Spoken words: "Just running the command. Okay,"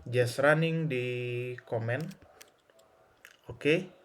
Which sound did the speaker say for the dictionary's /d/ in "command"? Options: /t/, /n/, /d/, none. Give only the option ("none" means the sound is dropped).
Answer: none